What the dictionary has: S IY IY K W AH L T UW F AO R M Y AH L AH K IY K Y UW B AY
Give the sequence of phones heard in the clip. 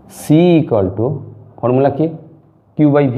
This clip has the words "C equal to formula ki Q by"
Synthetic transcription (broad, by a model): S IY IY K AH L T UW P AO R M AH L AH K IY K Y UW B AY